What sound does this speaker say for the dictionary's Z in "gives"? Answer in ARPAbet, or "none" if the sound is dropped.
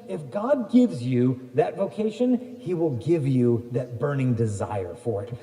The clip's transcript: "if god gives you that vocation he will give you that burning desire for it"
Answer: Z